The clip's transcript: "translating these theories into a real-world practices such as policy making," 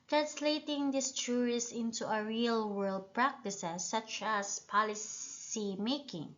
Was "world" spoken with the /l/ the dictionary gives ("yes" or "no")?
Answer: yes